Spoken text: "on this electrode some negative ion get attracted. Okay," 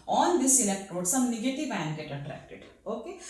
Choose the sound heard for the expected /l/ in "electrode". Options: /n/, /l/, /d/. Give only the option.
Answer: /n/